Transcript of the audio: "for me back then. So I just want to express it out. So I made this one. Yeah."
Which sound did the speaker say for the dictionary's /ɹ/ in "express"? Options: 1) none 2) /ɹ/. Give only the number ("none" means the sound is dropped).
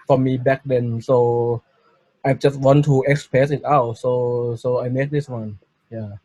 1